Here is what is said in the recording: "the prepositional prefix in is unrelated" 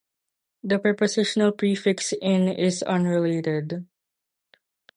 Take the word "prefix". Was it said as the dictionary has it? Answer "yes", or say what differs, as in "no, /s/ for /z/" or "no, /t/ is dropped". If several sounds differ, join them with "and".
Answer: yes